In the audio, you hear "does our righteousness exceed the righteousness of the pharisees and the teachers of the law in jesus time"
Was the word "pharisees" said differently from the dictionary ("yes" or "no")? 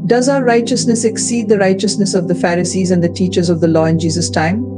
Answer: no